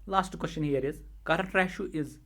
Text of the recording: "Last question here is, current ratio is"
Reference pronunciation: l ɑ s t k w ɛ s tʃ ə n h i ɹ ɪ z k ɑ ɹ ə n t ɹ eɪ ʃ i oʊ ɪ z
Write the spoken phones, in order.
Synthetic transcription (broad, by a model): l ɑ s t k w ɛ s tʃ ə n h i ɹ ɪ z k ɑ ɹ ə t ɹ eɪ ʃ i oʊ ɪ z